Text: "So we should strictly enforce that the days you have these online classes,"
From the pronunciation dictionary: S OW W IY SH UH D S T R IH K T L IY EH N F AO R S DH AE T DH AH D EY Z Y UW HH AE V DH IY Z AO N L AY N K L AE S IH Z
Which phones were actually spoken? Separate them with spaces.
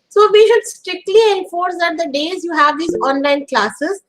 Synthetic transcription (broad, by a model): S OW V IY SH UH D S T R IH K T L IY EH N F AO R S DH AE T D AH D EY Z Y UW HH AE V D IY Z AO N L AY N K L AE S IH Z